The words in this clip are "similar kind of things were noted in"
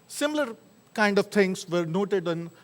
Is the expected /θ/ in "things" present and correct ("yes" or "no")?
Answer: no